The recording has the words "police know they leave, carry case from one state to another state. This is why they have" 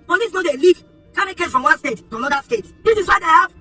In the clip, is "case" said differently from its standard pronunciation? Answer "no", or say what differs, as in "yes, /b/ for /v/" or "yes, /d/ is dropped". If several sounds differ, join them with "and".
yes, /s/ is dropped